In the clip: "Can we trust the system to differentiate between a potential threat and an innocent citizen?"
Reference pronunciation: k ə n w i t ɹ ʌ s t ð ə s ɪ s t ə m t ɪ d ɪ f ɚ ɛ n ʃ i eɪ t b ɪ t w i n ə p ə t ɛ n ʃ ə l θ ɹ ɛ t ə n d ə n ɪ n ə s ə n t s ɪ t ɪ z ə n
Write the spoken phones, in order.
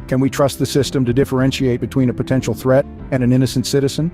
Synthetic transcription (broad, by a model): k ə n w i t ɹ ʌ s t ð ə s ɪ s t ə m t ɪ d ɪ f ɚ ɛ n ʃ i eɪ t b ɪ t w i n ə p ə t ɛ n ʃ l θ ɹ ɛ t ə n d ə n ɪ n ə s n t s ɪ t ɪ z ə n